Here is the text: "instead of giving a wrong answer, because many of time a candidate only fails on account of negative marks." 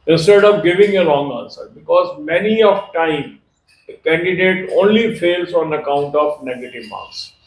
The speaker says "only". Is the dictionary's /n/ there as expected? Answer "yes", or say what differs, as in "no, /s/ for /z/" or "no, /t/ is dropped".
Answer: yes